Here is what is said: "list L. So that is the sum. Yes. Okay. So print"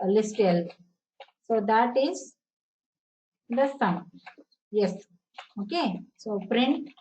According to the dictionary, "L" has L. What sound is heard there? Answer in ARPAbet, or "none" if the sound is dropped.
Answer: L